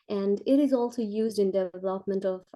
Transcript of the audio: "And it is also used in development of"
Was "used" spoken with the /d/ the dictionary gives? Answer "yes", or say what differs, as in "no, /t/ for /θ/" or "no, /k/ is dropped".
yes